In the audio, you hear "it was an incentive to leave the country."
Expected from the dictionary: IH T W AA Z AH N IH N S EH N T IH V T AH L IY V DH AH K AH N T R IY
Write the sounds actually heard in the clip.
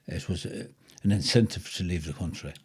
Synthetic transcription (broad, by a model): IH T W AA Z AH N IH N S EH N T IH V T AH L IY V DH AH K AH N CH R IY